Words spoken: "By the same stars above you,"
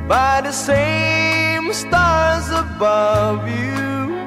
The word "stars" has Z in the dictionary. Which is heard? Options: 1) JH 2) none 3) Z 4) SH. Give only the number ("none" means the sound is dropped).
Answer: 3